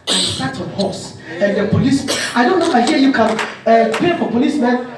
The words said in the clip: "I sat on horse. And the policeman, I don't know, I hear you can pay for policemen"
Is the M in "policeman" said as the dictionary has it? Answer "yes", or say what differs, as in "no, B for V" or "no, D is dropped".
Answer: no, M is dropped